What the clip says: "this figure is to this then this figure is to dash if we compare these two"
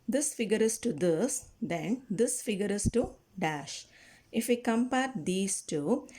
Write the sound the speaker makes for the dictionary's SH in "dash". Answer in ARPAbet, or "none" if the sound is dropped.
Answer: SH